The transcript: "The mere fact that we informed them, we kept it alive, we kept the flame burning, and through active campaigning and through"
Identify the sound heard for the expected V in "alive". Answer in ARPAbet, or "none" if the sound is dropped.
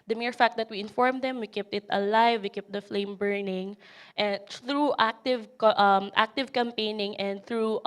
V